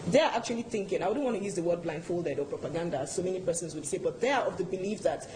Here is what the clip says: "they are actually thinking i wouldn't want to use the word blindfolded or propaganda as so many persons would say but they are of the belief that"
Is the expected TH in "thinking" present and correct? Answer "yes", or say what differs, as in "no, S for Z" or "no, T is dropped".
yes